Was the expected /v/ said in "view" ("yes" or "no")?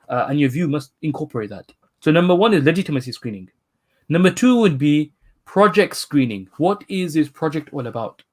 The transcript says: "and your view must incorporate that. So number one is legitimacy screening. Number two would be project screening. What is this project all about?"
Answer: yes